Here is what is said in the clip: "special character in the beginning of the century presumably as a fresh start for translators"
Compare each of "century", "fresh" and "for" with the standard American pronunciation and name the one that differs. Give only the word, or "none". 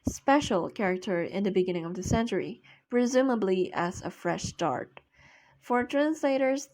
none